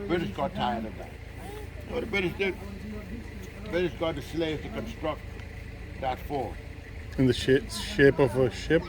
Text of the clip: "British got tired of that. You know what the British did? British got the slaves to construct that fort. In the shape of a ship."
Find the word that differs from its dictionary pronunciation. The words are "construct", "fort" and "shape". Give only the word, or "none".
fort